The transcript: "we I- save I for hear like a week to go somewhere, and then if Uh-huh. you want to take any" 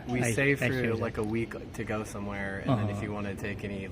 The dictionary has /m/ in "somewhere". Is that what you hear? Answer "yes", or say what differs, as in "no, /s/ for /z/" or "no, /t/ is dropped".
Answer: yes